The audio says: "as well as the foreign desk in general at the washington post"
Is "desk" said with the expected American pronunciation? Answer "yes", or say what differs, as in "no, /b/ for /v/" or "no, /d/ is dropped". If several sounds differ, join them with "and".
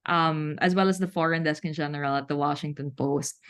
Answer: yes